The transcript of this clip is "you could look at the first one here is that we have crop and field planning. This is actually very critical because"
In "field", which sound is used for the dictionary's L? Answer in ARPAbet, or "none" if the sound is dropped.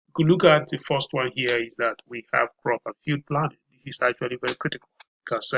none